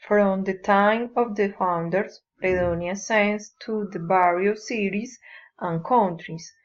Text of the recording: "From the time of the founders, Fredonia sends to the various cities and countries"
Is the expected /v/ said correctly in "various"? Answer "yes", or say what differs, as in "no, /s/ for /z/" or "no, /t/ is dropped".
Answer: no, /b/ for /v/